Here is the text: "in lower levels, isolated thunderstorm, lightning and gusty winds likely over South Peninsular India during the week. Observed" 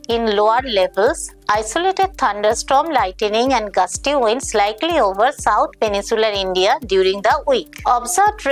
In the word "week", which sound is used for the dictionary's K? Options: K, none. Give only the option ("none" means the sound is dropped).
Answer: K